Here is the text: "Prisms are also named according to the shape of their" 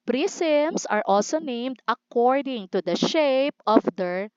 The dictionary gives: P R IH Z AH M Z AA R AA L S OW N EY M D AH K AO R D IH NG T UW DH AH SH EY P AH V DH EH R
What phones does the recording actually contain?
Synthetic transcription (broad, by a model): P R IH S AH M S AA R AA L S OW N EY M D AH K AO R D IH NG T UW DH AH SH EY P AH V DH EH R